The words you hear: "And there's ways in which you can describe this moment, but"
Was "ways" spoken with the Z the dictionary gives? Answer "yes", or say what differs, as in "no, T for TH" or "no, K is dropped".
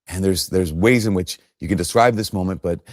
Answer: yes